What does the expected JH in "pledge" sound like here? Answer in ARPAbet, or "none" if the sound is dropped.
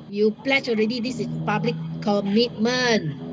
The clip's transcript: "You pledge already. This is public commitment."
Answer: CH